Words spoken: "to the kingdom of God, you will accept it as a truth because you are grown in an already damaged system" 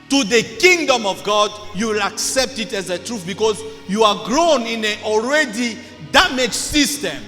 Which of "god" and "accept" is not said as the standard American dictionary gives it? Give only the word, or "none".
none